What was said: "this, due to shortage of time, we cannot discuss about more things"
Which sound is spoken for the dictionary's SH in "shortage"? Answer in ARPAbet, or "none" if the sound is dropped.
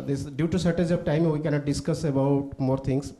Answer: S